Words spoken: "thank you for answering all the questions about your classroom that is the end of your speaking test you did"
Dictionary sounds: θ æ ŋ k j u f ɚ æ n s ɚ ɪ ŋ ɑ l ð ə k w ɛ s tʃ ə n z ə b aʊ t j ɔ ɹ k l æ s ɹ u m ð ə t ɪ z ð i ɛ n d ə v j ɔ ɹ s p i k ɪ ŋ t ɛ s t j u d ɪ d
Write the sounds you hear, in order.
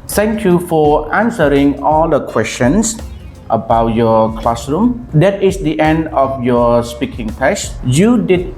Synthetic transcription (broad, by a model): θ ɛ ŋ k j u f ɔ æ n s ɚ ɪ ŋ ɑ l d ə k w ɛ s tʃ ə n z ə b aʊ t j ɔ k l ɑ s ɹ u m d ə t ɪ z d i ɛ n d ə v j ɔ s p i k ɪ ŋ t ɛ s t j u d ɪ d